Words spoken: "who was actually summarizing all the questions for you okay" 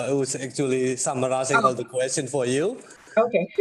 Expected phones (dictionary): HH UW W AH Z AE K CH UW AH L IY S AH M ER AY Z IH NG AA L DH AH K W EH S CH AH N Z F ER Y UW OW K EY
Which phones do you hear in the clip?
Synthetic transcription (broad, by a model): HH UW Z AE K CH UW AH L IY S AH M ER AY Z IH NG AA L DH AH K W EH S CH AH N F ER Y UW OW K EY